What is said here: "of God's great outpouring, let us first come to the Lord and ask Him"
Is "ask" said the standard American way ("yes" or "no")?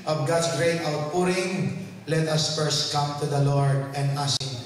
no